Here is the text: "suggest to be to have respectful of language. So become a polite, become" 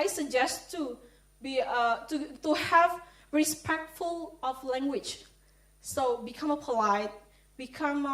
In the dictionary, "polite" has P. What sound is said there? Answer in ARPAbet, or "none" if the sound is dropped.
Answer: P